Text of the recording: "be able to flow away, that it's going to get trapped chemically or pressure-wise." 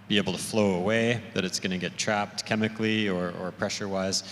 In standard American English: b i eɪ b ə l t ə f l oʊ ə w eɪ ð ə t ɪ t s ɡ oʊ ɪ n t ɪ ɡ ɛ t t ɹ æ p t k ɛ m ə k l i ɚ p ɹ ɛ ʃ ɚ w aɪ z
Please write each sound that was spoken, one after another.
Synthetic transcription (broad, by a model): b i eɪ b l t ə f l oʊ ə w eɪ ð ə t ɪ t s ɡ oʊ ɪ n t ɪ ɡ ɛ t t ɹ æ p t k ɛ m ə k l i ɚ p ɹ ɛ ʃ ɚ w aɪ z